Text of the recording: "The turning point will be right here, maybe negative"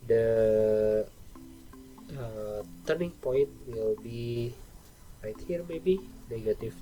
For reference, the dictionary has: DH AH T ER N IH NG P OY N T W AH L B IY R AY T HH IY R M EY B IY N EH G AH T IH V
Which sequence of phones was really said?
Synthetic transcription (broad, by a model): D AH T ER N IH NG P OY N T W AH L B IY R AY T HH IY R M EY B IY N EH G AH T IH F